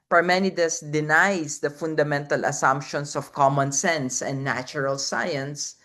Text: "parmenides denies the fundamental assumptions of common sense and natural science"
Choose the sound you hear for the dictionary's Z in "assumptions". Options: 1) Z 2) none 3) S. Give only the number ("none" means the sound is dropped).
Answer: 3